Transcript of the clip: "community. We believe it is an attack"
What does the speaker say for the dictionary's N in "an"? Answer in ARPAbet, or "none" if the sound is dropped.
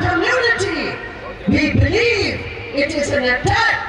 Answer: N